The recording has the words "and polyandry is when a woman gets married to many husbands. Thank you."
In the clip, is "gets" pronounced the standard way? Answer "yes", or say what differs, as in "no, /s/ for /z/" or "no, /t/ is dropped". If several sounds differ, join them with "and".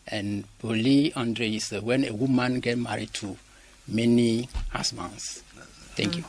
no, /s/ is dropped